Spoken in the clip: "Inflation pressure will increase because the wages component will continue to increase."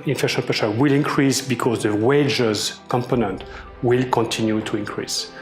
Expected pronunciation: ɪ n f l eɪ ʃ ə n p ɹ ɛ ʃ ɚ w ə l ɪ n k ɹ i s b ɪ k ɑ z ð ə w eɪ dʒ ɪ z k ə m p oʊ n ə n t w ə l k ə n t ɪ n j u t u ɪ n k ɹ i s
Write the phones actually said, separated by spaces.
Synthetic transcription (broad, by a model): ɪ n f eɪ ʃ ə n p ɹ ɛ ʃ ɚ w ə l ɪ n k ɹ i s b ɪ k ɑ z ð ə w eɪ dʒ ɪ z k ə m p oʊ n ə n t w ə l k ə n t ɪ n j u t u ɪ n k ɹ i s